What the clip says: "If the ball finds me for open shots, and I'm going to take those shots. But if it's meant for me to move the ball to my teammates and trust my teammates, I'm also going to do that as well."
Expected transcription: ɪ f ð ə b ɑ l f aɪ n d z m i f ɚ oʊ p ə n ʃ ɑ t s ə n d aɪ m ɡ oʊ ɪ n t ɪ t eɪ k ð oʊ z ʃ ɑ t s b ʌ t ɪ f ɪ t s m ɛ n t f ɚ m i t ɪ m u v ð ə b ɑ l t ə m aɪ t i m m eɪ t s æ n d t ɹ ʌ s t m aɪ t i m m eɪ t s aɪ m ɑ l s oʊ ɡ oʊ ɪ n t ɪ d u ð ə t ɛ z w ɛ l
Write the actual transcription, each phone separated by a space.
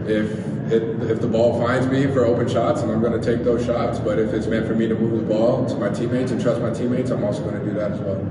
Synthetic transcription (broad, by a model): ɪ f ð ə b ɑ l f aɪ n d z m i f ɚ oʊ p ə n ʃ ɑ t s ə n aɪ m ɡ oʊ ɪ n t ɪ t eɪ k ð oʊ z ʃ ɑ t s b ʌ t ɪ f ɪ t s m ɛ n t f ɚ m i t ɪ m u v ð ə b ɑ l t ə m aɪ t i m m eɪ t s n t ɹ ʌ s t m aɪ t i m m eɪ t s aɪ m ɑ l s oʊ ɡ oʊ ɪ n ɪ d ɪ ð ə t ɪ z w ɛ l